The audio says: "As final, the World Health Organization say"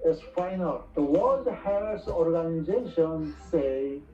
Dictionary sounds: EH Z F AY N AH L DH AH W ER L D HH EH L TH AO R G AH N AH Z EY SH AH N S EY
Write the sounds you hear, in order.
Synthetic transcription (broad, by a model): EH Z F AY N AH L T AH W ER D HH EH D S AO R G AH N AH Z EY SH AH N S EY